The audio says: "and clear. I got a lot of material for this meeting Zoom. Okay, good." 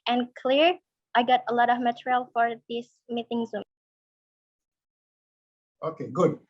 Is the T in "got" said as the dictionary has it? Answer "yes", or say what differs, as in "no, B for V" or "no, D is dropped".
yes